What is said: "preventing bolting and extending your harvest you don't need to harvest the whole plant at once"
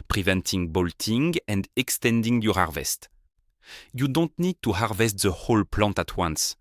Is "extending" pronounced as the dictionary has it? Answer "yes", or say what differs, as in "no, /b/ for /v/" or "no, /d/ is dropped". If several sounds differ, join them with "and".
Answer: yes